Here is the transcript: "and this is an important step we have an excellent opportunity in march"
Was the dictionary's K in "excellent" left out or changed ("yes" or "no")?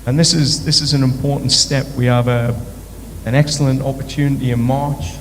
no